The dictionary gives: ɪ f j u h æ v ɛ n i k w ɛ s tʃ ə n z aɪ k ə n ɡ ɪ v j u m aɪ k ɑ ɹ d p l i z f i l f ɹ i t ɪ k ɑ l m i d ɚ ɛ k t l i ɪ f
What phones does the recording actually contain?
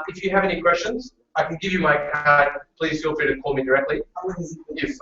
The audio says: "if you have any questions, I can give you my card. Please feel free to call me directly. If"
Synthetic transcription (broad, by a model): ɪ f j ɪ v ɛ n i k w ɛ s tʃ ə n z aɪ k ə n ɡ ɪ v j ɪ m aɪ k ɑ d p l i z f i l f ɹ t ɪ k ɑ l m i d ɚ ɛ k t l i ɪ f